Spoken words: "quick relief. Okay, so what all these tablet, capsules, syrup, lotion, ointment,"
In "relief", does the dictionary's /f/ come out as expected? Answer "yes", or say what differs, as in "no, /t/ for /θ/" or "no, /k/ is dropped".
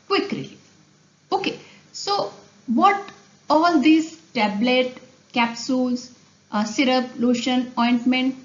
no, /f/ is dropped